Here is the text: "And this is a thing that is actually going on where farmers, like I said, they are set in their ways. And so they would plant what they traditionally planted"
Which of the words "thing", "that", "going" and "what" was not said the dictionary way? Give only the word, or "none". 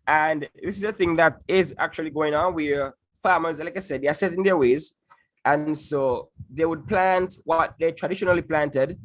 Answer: none